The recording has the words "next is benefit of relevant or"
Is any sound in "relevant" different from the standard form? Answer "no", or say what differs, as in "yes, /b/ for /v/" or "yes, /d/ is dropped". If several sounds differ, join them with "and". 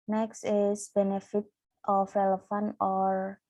yes, /f/ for /v/